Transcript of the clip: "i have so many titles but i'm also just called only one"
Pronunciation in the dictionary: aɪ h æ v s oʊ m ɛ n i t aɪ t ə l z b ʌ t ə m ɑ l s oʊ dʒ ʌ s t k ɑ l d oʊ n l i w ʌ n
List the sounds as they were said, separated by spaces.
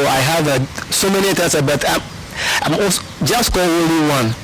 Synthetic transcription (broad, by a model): aɪ h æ v s oʊ m ɛ n i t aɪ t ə b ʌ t ə m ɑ s dʒ ʌ s t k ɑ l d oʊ l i w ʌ n